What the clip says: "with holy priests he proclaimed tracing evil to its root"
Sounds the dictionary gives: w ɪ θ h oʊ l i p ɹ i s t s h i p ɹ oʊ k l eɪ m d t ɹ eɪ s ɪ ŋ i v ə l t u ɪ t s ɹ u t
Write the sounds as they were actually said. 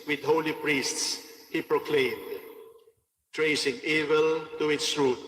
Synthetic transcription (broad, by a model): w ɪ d h oʊ l i p ɹ i s t s h i p ɹ oʊ k l eɪ m d t ɹ eɪ s ɪ ŋ i v ə l t u ɪ t s ɹ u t